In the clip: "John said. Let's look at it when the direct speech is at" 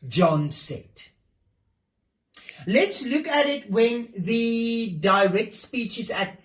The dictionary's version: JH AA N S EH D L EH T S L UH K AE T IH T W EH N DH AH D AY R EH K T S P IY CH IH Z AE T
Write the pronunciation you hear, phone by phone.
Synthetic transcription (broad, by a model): JH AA N S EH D L EH T S L UH K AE T IH T W EH N DH AH D AY R EH K T S P IY CH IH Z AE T